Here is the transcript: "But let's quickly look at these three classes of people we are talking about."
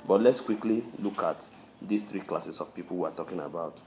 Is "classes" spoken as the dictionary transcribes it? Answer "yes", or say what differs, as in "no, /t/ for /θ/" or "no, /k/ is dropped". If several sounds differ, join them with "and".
no, /s/ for /z/